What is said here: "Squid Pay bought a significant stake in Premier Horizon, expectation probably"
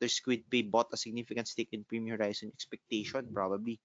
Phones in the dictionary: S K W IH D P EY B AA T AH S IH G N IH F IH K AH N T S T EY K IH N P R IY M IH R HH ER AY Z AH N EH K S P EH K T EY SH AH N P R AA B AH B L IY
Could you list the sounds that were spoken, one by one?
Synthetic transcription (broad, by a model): S K W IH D P EY B AA T AH S IH G N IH F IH K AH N T S T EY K IH N P R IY M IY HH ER AY S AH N EH K S P EH K T EY SH AH N P R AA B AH B L IY